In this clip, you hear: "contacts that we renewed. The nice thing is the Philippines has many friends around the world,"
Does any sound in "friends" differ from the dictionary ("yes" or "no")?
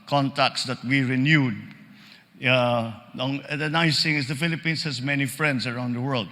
yes